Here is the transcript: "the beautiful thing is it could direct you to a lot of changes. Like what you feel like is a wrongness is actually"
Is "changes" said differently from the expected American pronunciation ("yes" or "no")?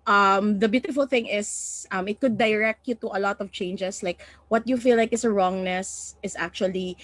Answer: yes